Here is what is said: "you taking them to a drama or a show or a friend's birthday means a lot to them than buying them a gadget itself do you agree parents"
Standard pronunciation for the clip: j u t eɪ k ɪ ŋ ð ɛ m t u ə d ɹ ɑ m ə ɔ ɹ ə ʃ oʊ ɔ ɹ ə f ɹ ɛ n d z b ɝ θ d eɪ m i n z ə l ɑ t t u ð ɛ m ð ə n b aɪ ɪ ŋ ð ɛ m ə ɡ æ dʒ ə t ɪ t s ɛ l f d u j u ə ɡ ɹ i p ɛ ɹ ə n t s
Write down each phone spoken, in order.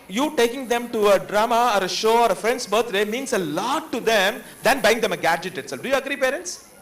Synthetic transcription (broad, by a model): j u t eɪ k ɪ ŋ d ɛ m t u ə d ɹ ɑ m ə ɔ ɹ ə ʃ oʊ ɔ ɹ ə f ɹ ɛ n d s b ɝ t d eɪ m i n s ə l ɑ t t u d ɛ m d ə n b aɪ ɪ ŋ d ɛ m ə ɡ æ dʒ ə t ɪ t s ɛ l f d u j u ə ɡ ɹ i p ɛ ɹ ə n t s